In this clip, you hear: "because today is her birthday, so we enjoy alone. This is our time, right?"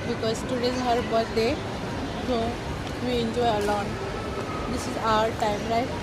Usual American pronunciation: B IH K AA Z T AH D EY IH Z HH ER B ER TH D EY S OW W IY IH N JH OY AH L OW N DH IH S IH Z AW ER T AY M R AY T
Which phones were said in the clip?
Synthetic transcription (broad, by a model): B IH K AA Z T AH D EY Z HH ER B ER T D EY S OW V IY IH N JH OY AH L OW N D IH S IH Z AW ER T AY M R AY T